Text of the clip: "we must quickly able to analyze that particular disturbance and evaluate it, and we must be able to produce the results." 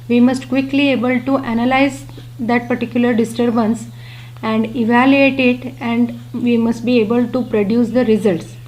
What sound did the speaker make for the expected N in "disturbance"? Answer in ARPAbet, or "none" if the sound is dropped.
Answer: N